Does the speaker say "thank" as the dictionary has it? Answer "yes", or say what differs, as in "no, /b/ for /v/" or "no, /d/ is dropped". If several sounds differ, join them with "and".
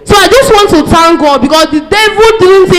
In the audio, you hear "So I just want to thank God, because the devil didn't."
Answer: no, /t/ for /θ/